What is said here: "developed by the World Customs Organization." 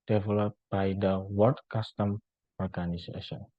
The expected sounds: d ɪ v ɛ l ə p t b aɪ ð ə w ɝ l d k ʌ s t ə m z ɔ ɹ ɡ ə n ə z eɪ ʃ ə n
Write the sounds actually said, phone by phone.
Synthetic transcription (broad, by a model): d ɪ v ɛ l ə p b aɪ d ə w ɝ d k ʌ s t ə m ɔ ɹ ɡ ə n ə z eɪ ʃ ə n